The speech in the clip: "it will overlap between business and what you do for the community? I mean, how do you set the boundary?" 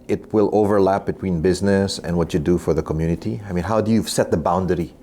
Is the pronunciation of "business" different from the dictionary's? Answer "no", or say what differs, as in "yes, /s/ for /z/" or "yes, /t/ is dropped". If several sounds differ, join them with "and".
no